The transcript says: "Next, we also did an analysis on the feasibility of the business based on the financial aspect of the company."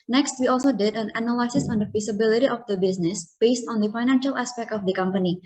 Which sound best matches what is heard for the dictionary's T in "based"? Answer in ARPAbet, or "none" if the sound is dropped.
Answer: T